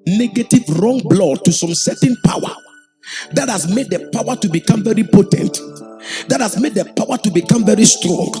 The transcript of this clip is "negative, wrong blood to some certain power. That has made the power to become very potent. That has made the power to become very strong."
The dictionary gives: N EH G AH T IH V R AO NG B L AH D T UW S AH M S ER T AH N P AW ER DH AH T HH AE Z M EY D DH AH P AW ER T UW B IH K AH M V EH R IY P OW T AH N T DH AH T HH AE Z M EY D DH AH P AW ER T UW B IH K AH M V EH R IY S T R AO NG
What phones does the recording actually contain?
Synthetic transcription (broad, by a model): N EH G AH T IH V R AO NG B L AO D T UW S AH M S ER T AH N P AW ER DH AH T HH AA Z M EY D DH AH P AW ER T UW B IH K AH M V EH R IY P OW T AH N T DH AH T HH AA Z M EY D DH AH P AW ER T UW B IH K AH M V EH R IY S T R AO NG